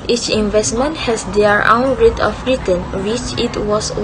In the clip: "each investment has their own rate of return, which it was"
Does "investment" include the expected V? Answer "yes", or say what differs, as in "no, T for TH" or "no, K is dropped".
yes